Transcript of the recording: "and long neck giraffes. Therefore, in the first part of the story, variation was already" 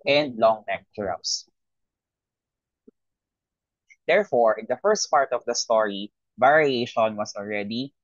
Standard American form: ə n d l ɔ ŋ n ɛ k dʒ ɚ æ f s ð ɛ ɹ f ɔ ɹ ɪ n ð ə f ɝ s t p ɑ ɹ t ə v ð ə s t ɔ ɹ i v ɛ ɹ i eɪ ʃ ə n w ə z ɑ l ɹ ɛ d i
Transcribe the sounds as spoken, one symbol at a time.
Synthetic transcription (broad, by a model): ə n d l ɔ ŋ n ɛ k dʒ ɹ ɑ p s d ɛ ɹ f ɔ ɹ ɪ n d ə f ɝ s t p ɑ ɹ t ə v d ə s t ɔ ɹ i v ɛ ɹ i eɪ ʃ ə n w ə s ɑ l ɹ ɛ d i